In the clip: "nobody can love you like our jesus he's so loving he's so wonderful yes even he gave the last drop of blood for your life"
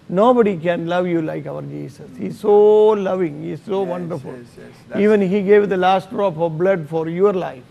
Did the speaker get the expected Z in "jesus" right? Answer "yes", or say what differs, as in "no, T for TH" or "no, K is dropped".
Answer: no, S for Z